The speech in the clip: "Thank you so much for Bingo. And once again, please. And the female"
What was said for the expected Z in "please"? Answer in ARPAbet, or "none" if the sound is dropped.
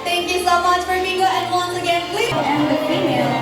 none